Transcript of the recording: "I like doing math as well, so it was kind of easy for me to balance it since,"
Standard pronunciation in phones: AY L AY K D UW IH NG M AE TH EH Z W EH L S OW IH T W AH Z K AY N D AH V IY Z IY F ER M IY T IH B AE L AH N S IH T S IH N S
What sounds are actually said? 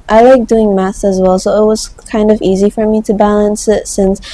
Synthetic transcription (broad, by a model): AY L AY K D UW IH NG M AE S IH Z W EH L S OW IH T W AH Z K AY N D AH V IY Z IY F ER M IY T IH B AE L AH N S IH T S IH N S